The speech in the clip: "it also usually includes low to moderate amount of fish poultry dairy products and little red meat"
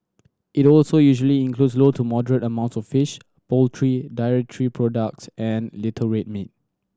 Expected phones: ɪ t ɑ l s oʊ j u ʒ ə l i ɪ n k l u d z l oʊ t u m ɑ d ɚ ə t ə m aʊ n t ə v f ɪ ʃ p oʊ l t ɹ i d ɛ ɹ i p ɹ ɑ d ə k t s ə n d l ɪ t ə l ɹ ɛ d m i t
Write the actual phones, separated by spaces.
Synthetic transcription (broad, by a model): ɪ t ɑ l s oʊ j u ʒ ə l i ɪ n k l u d s l oʊ t u m ɑ d ɚ ə t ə m aʊ n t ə f ɪ ʃ p oʊ l t ɹ i d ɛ ɹ i p ɹ ɑ d ə k t s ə n l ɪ t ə ɹ ɛ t m i t